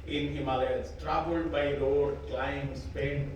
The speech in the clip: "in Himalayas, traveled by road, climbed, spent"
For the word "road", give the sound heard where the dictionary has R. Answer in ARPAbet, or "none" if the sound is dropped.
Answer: L